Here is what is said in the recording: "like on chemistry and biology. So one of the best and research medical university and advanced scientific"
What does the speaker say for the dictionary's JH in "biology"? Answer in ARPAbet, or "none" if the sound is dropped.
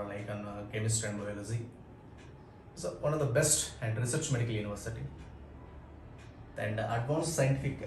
Z